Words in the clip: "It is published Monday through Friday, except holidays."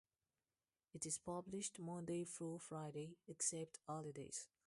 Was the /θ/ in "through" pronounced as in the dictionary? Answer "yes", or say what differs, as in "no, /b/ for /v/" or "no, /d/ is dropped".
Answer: no, /f/ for /θ/